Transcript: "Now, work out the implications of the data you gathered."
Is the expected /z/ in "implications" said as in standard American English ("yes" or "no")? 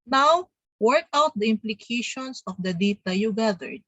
no